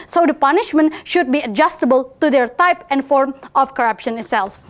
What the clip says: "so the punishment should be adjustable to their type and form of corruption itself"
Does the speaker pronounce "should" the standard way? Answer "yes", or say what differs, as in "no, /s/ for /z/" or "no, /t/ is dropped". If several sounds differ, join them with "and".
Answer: yes